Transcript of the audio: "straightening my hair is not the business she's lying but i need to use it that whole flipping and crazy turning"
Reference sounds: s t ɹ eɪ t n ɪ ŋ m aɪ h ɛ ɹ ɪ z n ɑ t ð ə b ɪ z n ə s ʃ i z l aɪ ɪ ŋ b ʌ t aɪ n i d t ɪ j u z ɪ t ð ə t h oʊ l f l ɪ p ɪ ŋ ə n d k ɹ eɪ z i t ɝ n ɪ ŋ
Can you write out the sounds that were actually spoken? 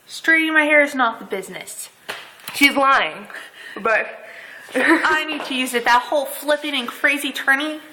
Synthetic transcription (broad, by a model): s t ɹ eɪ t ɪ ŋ m aɪ h ɛ ɹ ɪ z n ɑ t ð ə b ɪ z n ə s ʃ i z l aɪ ɪ ŋ b ʌ t aɪ n i d t ɪ j u z ɪ t ð ə t h oʊ l f l ɪ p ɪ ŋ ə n k ɹ eɪ z i t ɝ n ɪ